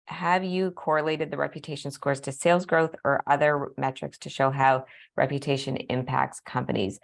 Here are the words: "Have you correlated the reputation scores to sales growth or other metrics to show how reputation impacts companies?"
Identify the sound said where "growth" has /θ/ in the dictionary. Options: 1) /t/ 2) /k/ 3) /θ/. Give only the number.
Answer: 3